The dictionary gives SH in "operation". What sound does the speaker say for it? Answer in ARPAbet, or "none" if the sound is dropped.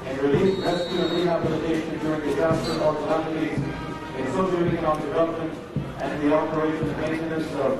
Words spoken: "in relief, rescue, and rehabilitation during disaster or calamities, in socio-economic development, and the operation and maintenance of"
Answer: none